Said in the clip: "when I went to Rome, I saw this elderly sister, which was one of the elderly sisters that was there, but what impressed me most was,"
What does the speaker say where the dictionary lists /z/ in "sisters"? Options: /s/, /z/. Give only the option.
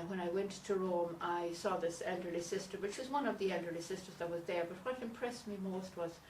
/z/